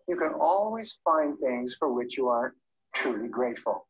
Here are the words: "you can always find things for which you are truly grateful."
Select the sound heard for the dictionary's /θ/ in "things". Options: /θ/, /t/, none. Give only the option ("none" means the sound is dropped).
/θ/